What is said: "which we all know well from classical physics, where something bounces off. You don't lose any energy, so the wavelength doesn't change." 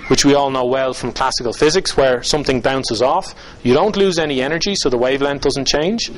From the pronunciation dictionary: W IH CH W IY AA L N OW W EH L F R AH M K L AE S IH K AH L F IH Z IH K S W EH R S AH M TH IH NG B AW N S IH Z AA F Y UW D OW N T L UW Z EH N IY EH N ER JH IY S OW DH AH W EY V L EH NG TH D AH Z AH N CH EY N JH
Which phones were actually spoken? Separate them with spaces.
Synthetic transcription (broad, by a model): W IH CH W IY AA L N OW W EH L F R AH M K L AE S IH K AH L F IH Z IH K S W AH R S AH M TH IH NG B AW N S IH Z AA F Y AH D OW N T L UW Z EH N IY EH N ER JH IY S OW DH AH W EY V L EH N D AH Z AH N CH EY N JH